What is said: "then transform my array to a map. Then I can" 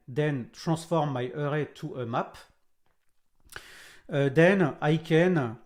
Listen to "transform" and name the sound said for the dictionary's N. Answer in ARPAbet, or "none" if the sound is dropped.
none